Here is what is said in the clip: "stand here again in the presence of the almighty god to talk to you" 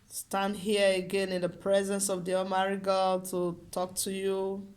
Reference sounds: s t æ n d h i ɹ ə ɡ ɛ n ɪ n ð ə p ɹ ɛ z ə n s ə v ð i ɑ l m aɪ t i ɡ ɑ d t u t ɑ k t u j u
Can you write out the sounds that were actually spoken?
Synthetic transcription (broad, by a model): s t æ n d h i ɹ ə ɡ ɛ n ɪ n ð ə p ɹ ɛ z ə n s ə v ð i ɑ m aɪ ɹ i ɡ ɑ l t u t ɑ k t u j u